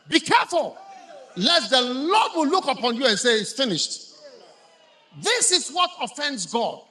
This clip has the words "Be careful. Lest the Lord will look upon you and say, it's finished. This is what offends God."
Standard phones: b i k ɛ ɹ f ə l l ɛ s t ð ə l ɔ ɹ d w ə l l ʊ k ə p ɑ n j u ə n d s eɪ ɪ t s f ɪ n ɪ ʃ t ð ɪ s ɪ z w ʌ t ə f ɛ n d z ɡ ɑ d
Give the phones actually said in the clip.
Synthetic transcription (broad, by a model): b i k ɛ ɹ f ə l l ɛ t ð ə l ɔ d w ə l l ʊ k ə p ɑ n j u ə n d s eɪ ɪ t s f ɪ n ɪ ʃ t ð ɪ s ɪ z w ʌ t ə f ɛ n d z ɡ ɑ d